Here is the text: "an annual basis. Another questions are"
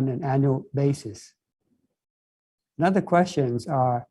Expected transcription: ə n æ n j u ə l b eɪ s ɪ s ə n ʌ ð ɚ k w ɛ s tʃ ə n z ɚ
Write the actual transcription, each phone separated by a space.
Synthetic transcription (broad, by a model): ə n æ n j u l b eɪ s ɪ s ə n ʌ ð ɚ k w ɛ s tʃ ə n z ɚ